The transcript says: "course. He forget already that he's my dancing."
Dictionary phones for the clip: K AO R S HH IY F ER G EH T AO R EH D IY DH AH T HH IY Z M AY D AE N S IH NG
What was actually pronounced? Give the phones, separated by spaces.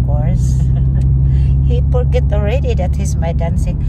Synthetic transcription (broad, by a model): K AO R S HH IY P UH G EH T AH R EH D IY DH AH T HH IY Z M AY D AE N S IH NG